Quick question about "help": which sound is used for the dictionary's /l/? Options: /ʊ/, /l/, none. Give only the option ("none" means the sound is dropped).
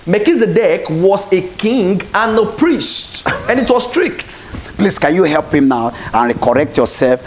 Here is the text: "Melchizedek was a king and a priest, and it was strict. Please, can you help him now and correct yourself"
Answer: /l/